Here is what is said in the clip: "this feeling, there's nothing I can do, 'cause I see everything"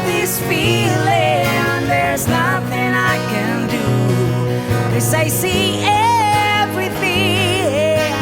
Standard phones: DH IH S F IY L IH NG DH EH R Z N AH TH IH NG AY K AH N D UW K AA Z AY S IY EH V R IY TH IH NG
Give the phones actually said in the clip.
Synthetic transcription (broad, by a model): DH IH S F IY L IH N DH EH R Z N AH TH IH NG AY K AH N D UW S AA IH S IY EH V R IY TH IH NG